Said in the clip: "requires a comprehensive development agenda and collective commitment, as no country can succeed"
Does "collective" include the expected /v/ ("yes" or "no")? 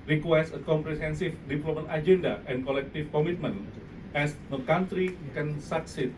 no